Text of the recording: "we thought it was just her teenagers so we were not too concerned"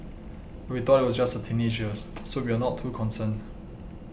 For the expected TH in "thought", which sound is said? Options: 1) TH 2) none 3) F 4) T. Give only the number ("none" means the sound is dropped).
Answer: 4